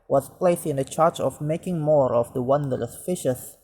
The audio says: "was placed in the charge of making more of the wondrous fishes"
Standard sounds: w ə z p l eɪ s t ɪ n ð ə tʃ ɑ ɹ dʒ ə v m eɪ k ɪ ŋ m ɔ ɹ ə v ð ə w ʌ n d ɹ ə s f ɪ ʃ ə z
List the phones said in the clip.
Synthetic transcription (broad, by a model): w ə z p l eɪ s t ɪ n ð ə tʃ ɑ ɹ tʃ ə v m eɪ k ɪ ŋ m ɔ ɹ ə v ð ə w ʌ n d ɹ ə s f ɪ ʃ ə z